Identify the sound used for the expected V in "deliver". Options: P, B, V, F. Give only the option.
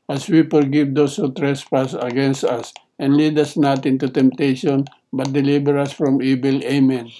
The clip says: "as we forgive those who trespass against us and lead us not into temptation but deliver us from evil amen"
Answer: B